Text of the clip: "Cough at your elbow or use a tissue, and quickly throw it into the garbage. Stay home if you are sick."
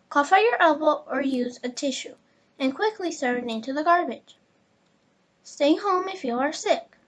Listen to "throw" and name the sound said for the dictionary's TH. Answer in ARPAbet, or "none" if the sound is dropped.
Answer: S